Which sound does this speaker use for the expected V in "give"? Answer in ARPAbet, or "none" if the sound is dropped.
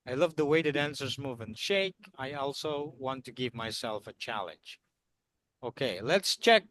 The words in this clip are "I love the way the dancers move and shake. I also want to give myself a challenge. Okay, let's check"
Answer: V